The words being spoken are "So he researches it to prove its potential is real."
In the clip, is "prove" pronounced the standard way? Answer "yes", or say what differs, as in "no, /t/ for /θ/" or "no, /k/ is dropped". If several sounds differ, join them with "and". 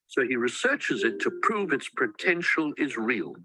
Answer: yes